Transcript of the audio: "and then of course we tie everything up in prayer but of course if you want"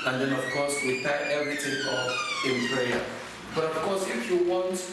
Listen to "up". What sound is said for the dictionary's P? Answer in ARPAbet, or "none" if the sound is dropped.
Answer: F